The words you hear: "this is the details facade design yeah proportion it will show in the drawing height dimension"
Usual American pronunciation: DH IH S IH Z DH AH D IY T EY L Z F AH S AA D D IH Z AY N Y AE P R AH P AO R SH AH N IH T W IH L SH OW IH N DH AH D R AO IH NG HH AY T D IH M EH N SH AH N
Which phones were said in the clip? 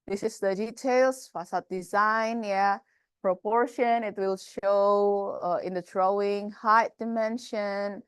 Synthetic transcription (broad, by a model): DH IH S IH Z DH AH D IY T EY L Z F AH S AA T D IH Z AY N Y AE P R AH P AO R SH AH N IH T W IH L SH OW IH N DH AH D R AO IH NG HH AY T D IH M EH N SH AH N